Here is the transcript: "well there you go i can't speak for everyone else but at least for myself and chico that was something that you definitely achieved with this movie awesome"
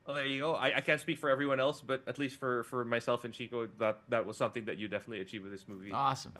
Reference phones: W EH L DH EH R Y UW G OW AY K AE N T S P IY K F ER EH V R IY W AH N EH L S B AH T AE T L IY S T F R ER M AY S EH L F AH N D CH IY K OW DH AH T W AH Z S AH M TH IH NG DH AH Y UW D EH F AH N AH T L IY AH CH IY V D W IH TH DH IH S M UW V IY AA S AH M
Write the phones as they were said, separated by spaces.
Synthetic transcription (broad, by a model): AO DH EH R Y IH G OW AY K AE N T S P IY K F ER EH V R IY W AH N EH L S B AH T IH T L IY S T F R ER M AY S EH L F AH N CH IY K OW DH AH T W AH Z S AH M TH IH NG DH AH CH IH D EH F AH N AH T L IY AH CH IY V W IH DH IH S M UW V IY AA S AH M